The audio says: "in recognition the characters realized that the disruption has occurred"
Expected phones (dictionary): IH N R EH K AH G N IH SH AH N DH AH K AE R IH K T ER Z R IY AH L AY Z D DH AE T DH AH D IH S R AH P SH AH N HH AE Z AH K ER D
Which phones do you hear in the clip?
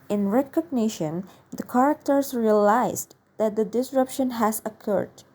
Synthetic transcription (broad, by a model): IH N R EH K AH G N IH SH AH N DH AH K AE R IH K T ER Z R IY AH L AY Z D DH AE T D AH D IH S R AH P SH AH N HH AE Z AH K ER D